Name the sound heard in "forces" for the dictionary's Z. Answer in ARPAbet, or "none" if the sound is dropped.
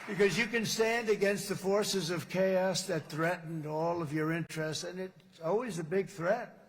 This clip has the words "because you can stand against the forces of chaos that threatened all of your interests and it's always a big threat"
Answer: Z